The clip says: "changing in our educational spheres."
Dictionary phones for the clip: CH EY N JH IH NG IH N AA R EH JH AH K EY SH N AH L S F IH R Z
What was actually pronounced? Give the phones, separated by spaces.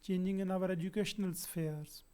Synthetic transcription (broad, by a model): CH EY N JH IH NG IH N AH R EH JH AH K EY SH N AH L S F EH R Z